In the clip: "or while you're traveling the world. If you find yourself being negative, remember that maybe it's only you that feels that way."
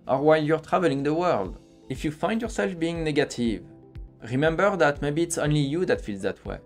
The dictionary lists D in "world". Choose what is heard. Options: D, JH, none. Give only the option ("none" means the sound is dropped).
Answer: D